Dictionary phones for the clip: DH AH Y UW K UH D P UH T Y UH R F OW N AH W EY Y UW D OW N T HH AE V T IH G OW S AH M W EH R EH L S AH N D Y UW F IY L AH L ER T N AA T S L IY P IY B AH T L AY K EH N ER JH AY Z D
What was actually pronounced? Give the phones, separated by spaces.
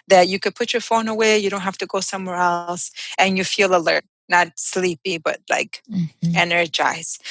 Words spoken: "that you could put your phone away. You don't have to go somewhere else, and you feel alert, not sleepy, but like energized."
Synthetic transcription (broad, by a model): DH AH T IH K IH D P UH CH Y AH R F OW N AH W EY Y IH D OW N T HH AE F T IH G OW S AH M W EH R EH L S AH N Y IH F IY L AH L ER T N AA T S L IY P IY B AH T L AY K EH N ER JH AY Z